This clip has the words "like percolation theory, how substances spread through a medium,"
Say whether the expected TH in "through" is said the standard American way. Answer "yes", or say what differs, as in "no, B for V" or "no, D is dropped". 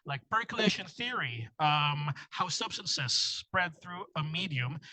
yes